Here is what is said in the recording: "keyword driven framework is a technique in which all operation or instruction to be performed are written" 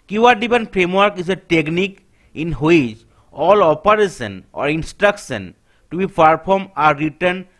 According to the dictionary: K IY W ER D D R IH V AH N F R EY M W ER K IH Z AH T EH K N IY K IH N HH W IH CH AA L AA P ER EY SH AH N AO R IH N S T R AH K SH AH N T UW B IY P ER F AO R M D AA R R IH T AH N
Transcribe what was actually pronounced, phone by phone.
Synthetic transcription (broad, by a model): K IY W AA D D IY P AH N P R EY M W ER K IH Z AH T EH K N IY K IH N HH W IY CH AA L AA P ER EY S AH N AO R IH N S T R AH K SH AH N T UW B IY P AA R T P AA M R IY T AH N